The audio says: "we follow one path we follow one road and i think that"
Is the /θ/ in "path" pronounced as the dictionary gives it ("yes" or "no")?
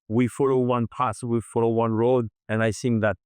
no